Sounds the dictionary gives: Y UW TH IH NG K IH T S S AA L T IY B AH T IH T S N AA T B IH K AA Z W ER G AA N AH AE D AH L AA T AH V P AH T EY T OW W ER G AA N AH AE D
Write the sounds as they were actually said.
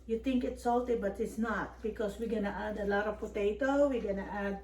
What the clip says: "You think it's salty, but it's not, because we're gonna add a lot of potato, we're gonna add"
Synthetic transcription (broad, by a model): Y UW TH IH NG K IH T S S AA L T IY B AH T IH T S N AA T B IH K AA S W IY G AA N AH AE D AH L AA T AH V P AH T EY T OW W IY G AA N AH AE D